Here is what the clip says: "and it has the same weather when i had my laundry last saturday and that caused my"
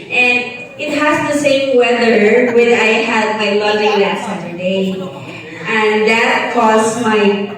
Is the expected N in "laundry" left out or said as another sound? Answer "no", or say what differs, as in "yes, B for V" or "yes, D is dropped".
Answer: yes, N is dropped